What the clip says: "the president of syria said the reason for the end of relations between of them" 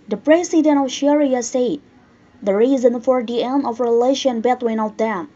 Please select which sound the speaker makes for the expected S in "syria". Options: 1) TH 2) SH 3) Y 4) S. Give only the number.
2